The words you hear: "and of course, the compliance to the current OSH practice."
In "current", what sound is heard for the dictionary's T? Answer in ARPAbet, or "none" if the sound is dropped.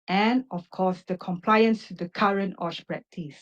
T